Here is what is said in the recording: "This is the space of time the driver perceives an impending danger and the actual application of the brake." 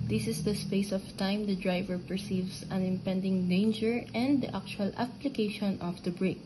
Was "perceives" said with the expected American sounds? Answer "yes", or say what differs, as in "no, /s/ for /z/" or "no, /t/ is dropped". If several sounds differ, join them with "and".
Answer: no, /s/ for /z/